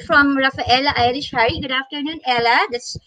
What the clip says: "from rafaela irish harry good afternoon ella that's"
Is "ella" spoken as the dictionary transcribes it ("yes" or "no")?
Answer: yes